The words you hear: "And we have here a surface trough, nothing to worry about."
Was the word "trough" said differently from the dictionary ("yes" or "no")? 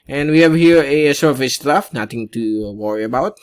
yes